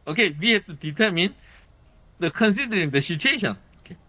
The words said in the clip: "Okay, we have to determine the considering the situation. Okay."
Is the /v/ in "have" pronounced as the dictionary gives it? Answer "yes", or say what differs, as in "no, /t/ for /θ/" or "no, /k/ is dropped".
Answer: no, /p/ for /v/